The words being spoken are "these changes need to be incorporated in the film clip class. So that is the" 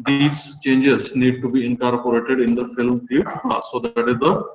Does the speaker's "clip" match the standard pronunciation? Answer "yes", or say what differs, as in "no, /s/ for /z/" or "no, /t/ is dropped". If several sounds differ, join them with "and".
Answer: no, /l/ is dropped